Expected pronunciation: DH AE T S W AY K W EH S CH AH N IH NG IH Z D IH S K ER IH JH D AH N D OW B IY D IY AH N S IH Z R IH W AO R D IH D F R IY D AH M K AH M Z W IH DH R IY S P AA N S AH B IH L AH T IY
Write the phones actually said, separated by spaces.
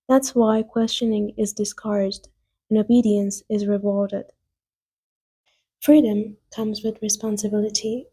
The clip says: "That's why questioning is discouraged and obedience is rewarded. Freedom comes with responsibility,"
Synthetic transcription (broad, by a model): DH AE T S W AY K W EH S CH AH N IH NG IH Z D IH S K ER IH JH D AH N OW B IY D IY AH N S IH Z R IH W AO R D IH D F R IY D AH M K AH M Z W IH DH R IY S P AA N S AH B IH L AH T IY